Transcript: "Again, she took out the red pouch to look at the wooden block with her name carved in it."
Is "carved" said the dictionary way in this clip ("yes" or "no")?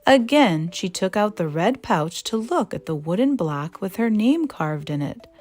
yes